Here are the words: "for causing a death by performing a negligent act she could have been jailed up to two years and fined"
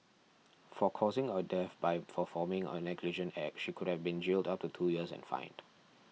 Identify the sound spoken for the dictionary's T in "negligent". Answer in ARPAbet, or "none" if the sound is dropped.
none